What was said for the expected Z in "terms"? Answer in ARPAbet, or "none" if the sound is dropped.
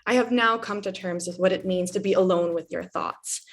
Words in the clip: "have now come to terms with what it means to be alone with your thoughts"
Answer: Z